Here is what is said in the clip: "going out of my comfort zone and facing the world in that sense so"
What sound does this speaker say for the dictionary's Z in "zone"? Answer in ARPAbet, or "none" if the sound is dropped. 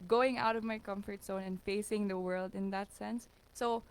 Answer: S